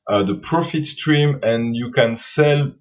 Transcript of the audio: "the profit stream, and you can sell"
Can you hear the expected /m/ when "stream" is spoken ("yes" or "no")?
yes